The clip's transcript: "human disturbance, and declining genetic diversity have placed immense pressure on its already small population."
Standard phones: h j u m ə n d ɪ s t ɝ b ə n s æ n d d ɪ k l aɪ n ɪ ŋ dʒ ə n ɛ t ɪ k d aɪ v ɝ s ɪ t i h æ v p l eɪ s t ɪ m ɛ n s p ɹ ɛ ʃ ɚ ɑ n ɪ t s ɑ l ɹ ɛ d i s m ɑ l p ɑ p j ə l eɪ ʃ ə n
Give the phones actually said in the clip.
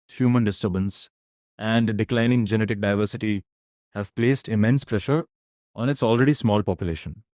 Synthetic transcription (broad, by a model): h j u m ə n d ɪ s t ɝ b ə n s æ n d d ɪ k l aɪ n ɪ ŋ dʒ ə n ɛ t ɪ k d aɪ v ɝ s ɪ t i h æ v p l eɪ s t ɪ m ɛ n s p ɹ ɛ ʃ ɚ ɑ n ɪ t s ɑ l ɹ ɛ d i s m ɑ l p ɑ p j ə l eɪ ʃ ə n